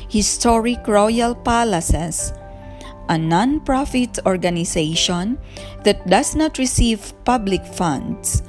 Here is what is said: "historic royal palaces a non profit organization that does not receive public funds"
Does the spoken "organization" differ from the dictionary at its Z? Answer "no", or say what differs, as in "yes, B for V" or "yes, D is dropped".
yes, S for Z